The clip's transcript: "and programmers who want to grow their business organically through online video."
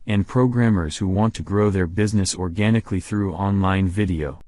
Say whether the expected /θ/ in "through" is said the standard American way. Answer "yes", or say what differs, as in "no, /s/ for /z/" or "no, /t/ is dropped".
yes